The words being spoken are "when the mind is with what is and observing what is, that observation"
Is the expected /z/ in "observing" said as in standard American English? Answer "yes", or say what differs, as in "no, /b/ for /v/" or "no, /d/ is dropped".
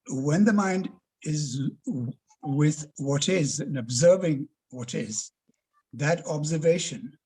yes